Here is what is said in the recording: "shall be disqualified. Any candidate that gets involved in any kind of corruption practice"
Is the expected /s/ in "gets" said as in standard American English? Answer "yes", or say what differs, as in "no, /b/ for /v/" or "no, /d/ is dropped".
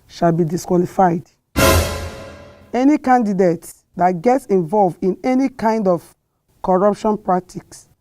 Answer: yes